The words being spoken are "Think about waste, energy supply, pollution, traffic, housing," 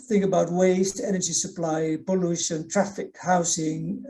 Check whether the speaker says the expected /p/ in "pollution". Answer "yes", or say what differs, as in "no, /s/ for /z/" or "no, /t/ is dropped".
no, /b/ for /p/